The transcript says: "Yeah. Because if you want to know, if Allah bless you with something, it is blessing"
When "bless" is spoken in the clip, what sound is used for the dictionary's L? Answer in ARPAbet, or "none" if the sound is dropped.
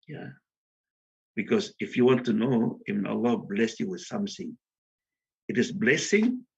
L